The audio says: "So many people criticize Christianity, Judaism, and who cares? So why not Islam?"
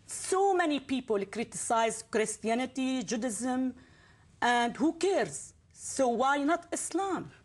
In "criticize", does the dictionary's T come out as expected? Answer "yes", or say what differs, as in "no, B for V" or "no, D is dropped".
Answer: yes